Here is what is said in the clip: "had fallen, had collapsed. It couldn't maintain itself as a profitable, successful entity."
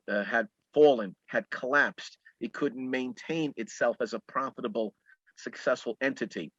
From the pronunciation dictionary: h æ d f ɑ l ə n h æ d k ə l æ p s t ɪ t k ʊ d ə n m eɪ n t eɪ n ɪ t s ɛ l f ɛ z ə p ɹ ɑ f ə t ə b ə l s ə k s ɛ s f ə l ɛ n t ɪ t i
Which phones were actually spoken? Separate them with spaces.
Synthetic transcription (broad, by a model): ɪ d f ɑ l ə n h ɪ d k ə l æ p s t ɪ t k ʊ d n m eɪ n t eɪ n ɪ t s ɛ l f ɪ z ə p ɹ ɑ f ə t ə b l s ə k s ɛ s f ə l ɛ n t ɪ t i